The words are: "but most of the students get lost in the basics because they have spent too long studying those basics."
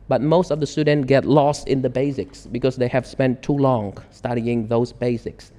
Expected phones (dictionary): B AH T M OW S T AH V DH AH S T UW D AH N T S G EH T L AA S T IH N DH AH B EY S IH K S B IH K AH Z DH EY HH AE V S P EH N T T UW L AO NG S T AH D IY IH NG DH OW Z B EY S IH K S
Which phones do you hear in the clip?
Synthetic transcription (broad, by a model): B AH T M OW S T AH V DH AH S T UW D N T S G EH T L AA S T IH N DH AH B EY S IH K S B IH K AH Z DH EY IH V S P EH N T T UW L AO NG S T AH D IY IH NG DH OW Z B EY S IH K S